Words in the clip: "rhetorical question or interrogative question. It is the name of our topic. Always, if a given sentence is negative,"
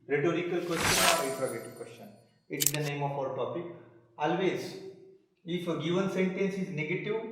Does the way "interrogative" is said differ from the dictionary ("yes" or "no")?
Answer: yes